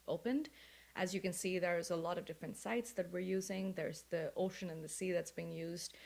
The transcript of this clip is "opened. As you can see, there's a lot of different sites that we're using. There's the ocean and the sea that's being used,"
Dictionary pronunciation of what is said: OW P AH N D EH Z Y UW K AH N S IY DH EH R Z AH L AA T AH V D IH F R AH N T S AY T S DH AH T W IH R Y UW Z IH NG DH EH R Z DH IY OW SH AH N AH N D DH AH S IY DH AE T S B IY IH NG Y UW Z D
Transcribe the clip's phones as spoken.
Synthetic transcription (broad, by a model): OW P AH N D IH Z Y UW K AH N S IY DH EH R Z AH L AA T AH V D IH F R AH N T S AY T S DH AH T W IH R Y UW Z IH NG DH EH R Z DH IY OW SH AH N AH N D DH AH S IY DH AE T S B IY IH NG Y UW Z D